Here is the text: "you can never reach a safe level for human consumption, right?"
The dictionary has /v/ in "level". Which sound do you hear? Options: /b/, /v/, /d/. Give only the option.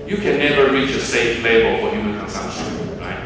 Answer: /b/